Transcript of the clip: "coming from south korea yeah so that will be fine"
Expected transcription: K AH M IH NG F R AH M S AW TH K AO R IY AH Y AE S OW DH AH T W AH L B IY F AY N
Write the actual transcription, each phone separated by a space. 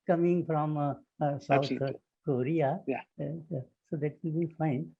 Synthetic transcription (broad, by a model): K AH M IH NG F R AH M S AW T K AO R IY Y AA S OW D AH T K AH N B IY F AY N